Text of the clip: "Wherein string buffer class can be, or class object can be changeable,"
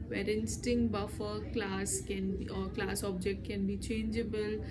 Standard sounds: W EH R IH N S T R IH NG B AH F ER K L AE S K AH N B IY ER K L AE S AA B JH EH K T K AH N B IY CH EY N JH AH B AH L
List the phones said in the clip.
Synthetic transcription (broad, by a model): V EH R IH N S T IH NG B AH F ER K L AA S K AH N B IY K L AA S AA B JH EH K T K AH N B IY CH EY N JH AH B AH L